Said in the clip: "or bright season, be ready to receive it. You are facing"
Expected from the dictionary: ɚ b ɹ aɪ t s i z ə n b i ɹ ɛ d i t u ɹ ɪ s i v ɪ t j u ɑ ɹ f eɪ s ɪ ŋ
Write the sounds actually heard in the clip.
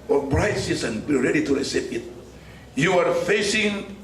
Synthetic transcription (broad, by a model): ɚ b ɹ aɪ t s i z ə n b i ɹ ɛ d i t u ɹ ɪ s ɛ p ɪ t j u ɑ ɹ f eɪ s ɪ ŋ